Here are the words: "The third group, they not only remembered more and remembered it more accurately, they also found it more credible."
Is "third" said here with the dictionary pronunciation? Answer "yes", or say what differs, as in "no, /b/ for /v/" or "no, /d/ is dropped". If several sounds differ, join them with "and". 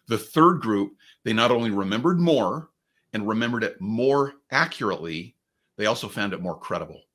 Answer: yes